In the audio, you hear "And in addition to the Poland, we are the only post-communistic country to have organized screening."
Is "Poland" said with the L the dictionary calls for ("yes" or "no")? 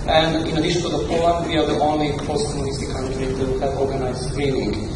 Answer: no